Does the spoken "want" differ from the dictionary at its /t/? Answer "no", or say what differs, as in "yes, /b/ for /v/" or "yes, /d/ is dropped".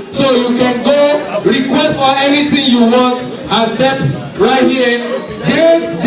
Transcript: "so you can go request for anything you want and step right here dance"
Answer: no